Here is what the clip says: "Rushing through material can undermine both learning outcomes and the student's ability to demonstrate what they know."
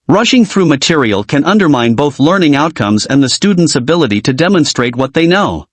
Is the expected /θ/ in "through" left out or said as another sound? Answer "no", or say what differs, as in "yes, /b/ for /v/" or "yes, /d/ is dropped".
no